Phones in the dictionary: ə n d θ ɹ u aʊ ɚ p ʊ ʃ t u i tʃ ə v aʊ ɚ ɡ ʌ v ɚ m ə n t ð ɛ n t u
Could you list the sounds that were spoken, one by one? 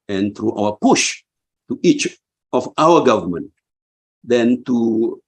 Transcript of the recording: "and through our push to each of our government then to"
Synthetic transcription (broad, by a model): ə n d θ ɹ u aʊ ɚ p ʊ ʃ t u i tʃ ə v aʊ ɚ ɡ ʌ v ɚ m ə n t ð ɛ n t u